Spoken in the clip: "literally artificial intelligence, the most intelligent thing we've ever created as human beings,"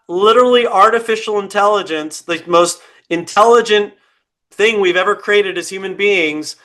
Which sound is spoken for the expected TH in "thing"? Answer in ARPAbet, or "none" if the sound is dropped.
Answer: TH